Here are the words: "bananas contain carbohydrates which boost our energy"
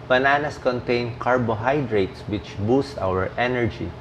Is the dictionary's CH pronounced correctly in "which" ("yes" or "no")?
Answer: yes